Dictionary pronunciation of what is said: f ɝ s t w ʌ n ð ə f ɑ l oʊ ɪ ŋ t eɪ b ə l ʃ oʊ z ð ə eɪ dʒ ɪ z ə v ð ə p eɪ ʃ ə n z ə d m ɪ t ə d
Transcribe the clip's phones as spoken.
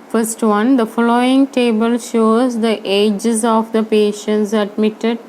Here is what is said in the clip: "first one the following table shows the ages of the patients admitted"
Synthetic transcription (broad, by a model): f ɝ s t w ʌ n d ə f ɑ l oʊ ɪ ŋ t eɪ b ə l ʃ oʊ z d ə eɪ dʒ ɪ z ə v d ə p eɪ ʃ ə n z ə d m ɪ t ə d